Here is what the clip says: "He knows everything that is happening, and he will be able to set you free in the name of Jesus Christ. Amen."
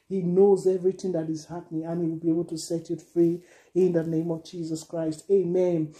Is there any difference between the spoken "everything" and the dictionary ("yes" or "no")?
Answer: no